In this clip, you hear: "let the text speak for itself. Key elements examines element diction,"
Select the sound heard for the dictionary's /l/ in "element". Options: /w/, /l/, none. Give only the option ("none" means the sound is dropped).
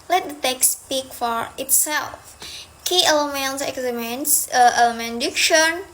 none